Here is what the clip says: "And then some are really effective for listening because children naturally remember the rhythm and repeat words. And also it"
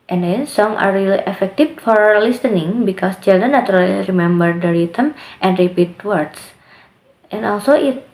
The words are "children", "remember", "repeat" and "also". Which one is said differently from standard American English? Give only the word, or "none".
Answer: children